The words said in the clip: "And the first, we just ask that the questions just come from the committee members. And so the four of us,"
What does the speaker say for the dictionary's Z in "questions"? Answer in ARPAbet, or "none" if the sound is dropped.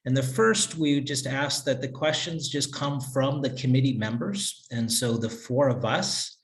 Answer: Z